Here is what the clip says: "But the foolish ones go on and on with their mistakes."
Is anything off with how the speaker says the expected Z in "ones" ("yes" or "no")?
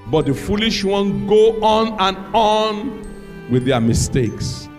yes